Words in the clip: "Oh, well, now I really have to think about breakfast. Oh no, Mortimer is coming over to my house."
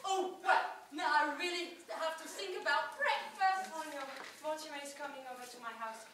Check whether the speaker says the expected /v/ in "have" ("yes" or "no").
no